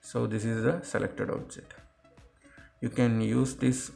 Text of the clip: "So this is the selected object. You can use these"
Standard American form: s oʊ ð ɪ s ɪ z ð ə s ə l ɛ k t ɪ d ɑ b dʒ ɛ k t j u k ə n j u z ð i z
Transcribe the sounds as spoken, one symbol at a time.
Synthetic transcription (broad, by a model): s oʊ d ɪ s ɪ z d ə s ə l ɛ k t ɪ d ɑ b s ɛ t j u k ə n j u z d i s